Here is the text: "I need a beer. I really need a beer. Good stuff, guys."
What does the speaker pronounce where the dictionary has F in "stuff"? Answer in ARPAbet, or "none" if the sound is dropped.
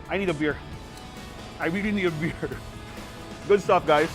P